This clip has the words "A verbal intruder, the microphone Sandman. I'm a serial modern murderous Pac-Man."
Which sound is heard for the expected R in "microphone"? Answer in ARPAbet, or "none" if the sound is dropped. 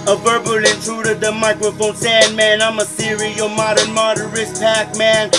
R